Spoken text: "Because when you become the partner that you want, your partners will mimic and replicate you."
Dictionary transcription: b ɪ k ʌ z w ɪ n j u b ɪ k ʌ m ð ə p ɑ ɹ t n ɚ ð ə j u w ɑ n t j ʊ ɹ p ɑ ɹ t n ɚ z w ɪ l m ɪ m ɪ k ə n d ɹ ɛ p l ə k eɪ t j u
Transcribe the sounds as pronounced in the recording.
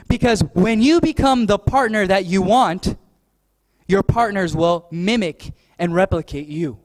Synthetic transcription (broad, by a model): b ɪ k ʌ z w ɪ n j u b ɪ k ʌ m ð ə p ɑ ɹ t n ɚ ð ə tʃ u w ɑ n t j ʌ ɹ p ɑ ɹ t n ɚ z w ɪ l m ɪ m ɪ k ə n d ɹ ɛ p l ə k eɪ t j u